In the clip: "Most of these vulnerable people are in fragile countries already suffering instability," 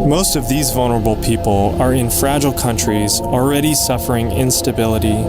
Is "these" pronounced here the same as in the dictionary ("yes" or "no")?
yes